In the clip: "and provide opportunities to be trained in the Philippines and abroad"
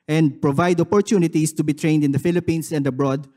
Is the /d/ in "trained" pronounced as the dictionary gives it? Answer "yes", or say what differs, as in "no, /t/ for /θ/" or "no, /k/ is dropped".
yes